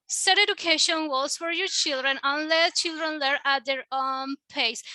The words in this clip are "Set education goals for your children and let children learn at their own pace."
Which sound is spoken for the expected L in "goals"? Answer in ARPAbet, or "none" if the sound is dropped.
none